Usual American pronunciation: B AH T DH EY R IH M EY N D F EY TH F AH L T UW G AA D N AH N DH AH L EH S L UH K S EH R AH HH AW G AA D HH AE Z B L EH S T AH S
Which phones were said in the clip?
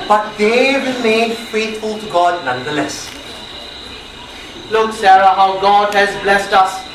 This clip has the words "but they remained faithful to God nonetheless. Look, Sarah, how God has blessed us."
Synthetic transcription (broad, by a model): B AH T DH EY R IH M EY D F EY T F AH L T UW G AA D N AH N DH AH L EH S L UH K S EH R AH HH AW G AA D HH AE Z B L EH S T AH S